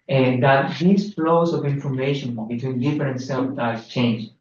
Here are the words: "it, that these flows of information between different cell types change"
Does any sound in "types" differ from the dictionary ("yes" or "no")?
yes